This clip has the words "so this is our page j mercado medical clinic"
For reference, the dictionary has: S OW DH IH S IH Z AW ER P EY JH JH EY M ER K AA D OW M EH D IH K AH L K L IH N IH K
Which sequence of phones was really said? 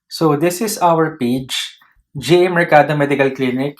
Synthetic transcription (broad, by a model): S OW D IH S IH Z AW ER P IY CH JH EY M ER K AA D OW M EH D IH K AH L K L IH N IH K